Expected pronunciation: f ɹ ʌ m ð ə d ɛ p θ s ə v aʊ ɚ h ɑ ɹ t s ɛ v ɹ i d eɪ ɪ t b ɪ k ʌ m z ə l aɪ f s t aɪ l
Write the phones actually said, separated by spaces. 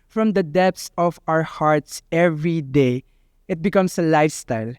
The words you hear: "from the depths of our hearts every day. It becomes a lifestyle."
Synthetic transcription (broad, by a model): f ɹ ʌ m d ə d ɛ p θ s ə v aʊ ɚ h ɑ ɹ t s ɛ v ɹ i d eɪ ɪ t b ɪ k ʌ m s ə l aɪ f s t aɪ l